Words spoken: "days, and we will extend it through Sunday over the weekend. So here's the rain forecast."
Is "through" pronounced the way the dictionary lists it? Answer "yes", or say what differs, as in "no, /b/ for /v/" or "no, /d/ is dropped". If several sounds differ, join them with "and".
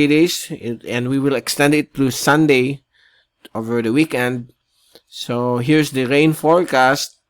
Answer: no, /t/ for /θ/